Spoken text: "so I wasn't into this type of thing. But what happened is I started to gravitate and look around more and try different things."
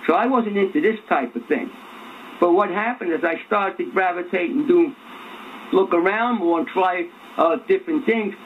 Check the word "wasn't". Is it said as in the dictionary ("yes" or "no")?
yes